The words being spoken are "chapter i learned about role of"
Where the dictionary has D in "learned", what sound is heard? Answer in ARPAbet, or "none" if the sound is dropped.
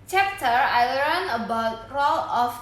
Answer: none